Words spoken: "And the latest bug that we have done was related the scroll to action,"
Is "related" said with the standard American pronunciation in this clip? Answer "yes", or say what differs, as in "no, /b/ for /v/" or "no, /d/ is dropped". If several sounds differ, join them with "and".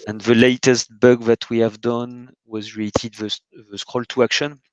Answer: no, /l/ is dropped